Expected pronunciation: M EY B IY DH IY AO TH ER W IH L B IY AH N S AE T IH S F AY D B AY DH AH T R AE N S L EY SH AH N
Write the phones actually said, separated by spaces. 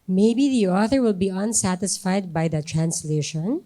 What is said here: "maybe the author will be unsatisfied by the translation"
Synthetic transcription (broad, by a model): M EY B IY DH IY AO TH ER W IH L B IY AH N S AE T IH S F AY D B AY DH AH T R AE N S L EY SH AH N